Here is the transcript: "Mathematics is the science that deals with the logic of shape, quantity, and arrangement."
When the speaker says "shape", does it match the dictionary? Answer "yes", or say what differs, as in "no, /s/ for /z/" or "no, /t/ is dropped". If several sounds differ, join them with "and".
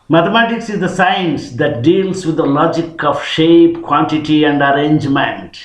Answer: yes